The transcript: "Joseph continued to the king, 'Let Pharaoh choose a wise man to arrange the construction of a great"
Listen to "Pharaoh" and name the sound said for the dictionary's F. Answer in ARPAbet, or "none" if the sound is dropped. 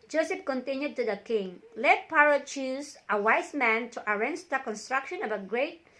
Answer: P